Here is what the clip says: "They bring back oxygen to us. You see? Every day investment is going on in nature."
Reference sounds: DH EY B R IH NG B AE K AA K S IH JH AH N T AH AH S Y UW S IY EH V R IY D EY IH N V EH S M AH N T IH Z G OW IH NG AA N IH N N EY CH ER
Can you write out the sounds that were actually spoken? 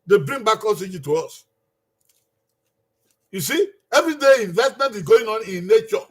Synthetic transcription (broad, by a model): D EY B R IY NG B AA K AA S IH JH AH T AH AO S Y UW S IY EH V R IY D EY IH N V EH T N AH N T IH G OW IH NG AA N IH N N EY CH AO